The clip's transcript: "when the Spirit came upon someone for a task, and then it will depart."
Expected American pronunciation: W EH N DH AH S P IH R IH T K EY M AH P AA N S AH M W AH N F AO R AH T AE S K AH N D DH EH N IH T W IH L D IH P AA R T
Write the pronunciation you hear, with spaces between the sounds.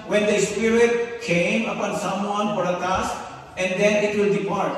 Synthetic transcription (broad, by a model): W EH N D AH S P IH R IH T K EY M AH P AA N S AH M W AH N P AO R AH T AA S AH N D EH N IH T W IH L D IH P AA R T